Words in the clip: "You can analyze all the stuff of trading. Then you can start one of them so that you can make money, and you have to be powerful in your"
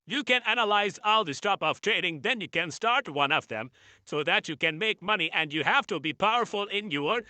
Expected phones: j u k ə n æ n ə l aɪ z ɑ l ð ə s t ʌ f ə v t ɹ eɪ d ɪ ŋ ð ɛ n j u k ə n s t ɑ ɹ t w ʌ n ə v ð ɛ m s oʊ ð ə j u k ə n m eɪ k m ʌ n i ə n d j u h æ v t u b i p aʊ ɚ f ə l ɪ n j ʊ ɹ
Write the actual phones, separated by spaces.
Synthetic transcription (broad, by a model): j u k ə n æ n ə l aɪ z ɑ l ð ə s t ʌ p ə v t ɹ eɪ d ɪ ŋ ð ɛ n j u k ə n s t ɑ ɹ t w ʌ n ə v ð ɛ m s oʊ ð ə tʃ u k ə n m eɪ k m ʌ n i ə n d j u h æ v t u b i p aʊ ɚ f ə l ɪ n j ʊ ɹ